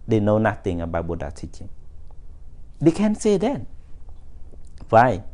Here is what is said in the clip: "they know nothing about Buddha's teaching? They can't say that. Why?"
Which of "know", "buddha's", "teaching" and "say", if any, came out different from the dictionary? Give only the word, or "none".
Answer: buddha's